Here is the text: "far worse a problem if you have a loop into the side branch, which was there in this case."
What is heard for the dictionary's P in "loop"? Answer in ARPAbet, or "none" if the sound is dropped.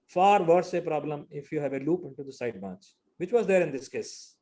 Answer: P